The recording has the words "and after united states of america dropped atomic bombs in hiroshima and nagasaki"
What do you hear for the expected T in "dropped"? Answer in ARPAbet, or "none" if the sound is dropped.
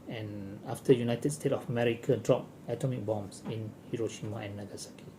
none